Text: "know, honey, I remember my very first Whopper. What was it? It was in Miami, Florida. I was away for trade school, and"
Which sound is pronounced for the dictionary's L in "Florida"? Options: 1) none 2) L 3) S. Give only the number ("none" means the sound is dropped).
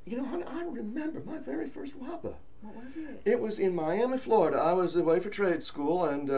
2